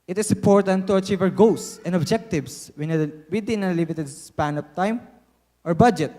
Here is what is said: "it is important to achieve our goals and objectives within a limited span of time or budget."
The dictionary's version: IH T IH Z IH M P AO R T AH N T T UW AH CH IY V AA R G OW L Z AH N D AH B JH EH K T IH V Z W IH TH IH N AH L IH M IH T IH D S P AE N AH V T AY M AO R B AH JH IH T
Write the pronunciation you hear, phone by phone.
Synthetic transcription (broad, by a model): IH T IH S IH M P AO R T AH N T T UW AH CH IY V AA R G OW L S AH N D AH B JH EH K T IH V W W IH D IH N AH L IH M IH T IH D S P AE N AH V T AY M AO R B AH JH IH T